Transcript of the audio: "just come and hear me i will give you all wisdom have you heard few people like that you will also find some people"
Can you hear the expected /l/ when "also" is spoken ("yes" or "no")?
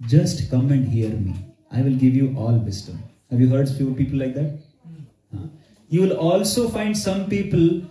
yes